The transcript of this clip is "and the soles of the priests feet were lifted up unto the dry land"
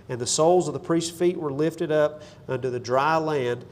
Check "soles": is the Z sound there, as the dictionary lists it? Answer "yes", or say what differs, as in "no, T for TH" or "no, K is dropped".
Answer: yes